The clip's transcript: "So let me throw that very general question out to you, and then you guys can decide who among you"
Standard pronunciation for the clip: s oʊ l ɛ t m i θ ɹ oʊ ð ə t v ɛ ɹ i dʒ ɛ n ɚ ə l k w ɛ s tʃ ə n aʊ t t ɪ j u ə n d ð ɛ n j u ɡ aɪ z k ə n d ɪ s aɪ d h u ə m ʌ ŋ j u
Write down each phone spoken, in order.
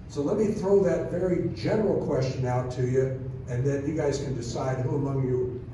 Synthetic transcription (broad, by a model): s oʊ l ɛ t m i θ ɹ oʊ ð ə t v ɛ ɹ i dʒ ɛ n ɚ l k w ɛ s tʃ ə n aʊ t t ɪ j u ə n ð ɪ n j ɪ ɡ aɪ z k ə n d ɪ s aɪ d h u ə m ʌ ŋ j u